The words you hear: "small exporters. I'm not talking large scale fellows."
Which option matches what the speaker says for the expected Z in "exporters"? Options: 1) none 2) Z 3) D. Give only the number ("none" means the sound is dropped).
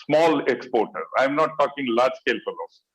1